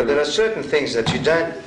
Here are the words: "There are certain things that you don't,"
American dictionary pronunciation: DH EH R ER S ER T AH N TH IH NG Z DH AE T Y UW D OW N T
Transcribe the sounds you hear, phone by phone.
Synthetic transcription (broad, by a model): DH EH R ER S ER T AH N TH IH NG Z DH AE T Y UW D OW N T